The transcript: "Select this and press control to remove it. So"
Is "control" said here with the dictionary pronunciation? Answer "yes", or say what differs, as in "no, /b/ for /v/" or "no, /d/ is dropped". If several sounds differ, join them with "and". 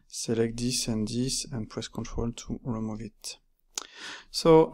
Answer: yes